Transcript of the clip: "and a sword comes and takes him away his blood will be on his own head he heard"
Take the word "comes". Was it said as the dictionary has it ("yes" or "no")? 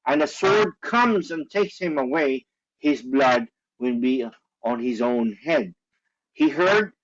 yes